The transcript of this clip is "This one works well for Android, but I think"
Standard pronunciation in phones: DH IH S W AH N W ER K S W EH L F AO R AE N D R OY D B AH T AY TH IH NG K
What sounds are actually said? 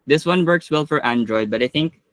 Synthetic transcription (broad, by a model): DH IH S W AH N W ER K S W EH L F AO R AE N D R OY D B AH T AY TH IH NG K